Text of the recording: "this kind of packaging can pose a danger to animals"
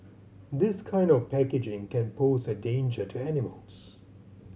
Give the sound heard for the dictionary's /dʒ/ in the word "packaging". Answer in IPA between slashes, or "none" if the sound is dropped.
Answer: /dʒ/